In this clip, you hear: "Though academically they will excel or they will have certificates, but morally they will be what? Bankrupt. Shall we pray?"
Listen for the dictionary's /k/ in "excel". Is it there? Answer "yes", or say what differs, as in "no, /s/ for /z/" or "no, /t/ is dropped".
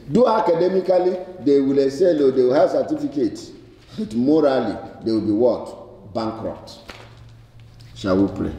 no, /k/ is dropped